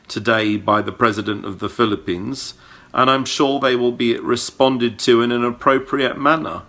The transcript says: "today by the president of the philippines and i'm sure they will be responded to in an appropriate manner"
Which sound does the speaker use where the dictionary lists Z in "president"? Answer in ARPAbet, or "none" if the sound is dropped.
Z